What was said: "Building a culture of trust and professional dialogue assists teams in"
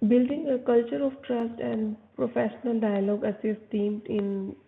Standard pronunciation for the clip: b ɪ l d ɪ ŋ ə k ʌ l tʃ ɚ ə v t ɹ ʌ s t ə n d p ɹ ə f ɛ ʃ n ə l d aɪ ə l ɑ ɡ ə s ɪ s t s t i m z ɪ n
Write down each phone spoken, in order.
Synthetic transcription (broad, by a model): b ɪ l d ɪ ŋ ə k ʌ l tʃ ɚ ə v t ɹ ʌ s t ə n d p ɹ ə f ɛ ʃ n ə l d aɪ ə l ɑ ɡ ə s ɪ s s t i m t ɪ n